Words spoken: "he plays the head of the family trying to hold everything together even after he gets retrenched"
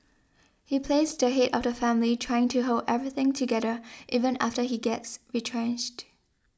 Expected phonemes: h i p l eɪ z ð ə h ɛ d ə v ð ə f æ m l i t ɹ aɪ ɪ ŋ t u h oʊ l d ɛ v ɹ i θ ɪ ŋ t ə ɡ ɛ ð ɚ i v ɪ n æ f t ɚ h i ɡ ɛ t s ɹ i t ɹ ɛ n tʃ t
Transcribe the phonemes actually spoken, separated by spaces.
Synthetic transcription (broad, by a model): h i p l eɪ s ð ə h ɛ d ə v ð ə f æ m l i t ɹ aɪ ɪ ŋ t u h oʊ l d ɛ v ɹ i θ ɪ ŋ t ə ɡ ɛ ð ɚ i v ɪ n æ f t ɚ h i ɡ ɛ t s ɹ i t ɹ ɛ n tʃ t